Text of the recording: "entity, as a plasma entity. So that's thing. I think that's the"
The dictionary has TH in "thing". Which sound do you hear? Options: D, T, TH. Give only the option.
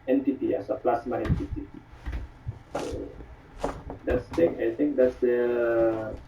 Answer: T